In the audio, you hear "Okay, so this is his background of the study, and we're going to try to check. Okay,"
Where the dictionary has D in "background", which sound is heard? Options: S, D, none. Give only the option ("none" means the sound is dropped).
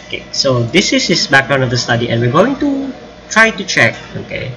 none